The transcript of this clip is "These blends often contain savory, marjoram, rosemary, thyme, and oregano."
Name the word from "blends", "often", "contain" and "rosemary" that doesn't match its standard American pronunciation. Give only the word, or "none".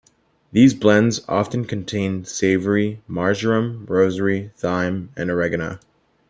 rosemary